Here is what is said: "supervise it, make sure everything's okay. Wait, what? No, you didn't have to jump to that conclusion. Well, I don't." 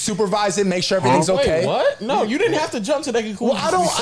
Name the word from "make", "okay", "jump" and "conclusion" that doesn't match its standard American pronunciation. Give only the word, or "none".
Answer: conclusion